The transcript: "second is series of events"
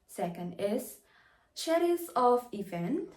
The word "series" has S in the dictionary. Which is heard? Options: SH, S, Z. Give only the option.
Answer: SH